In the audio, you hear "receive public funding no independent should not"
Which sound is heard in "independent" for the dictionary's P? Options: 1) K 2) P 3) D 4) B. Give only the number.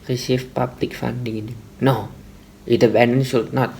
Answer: 4